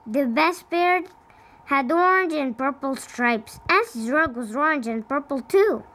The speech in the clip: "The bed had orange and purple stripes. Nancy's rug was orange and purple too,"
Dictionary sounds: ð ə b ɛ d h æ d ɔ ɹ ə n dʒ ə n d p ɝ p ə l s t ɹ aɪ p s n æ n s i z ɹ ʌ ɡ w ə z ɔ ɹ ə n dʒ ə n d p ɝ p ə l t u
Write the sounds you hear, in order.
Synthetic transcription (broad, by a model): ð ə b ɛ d h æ d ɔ ɹ n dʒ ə n p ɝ p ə l s t ɹ aɪ p s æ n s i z ɹ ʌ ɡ w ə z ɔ ɹ n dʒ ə n p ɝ p l t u